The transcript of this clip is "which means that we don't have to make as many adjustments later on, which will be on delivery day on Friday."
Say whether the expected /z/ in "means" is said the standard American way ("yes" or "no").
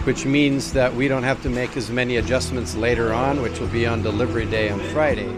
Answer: yes